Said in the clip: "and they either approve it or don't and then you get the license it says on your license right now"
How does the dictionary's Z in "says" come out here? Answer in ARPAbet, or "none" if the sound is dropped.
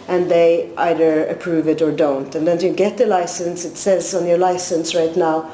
Z